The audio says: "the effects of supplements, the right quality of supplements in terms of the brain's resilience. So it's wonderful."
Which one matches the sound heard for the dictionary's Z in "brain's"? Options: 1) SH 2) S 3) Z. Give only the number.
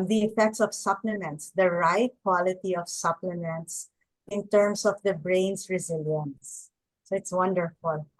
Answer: 2